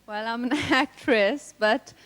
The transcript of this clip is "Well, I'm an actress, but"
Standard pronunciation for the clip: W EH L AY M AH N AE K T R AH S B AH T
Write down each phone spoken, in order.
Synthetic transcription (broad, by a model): W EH L AY M AH N AE K T R AH S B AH T